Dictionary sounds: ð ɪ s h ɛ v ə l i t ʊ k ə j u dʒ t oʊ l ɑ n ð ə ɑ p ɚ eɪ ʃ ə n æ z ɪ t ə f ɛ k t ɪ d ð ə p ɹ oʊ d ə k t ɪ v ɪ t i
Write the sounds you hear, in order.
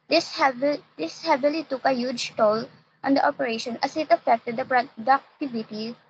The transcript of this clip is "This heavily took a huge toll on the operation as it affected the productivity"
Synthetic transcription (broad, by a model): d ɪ s h ɛ v ə l i t ʊ k ə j u dʒ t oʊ l ɑ n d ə ɑ p ɚ eɪ ʃ ə n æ s ɪ t ə f ɛ k t ɪ d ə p ɹ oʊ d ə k t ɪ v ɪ t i